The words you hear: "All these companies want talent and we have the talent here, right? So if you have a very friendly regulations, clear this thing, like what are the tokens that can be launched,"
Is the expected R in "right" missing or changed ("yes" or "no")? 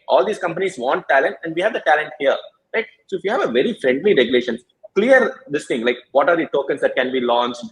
yes